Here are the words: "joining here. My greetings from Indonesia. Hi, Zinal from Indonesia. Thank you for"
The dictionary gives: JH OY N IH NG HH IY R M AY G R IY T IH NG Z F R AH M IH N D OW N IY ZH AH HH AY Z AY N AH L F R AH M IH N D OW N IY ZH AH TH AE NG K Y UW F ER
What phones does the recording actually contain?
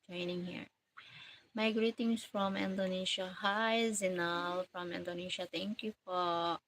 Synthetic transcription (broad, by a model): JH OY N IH NG HH IY R M AY G R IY T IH NG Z F R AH M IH N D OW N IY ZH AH HH AY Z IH N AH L F R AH M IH N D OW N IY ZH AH T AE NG K Y UW F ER